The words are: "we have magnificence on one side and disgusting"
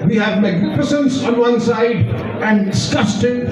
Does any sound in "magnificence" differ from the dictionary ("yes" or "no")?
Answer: yes